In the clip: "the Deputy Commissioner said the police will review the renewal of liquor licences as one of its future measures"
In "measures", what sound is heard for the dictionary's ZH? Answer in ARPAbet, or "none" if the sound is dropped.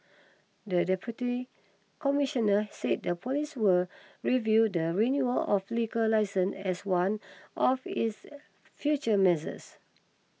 Z